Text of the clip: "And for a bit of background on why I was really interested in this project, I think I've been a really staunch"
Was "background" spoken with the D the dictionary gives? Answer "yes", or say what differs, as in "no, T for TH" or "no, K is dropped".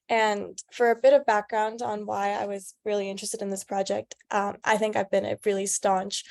yes